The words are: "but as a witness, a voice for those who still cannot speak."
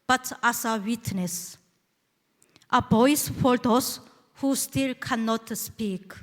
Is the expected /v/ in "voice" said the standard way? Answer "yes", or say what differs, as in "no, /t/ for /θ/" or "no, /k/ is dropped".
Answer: no, /b/ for /v/